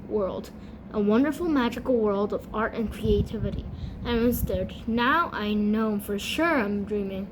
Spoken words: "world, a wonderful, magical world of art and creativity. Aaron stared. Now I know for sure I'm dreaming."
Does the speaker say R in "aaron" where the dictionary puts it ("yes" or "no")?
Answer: no